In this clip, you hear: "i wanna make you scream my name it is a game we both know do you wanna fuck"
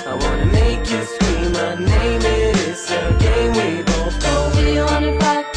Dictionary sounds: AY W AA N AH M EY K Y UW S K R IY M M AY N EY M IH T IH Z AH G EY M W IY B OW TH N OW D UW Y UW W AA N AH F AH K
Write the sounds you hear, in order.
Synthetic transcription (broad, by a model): AY W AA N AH M EY K Y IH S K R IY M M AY N EY M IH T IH S AH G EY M W IY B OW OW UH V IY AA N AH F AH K